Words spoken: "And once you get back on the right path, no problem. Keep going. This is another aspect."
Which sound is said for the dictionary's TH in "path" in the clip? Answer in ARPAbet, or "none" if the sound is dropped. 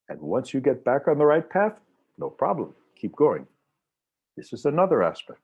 TH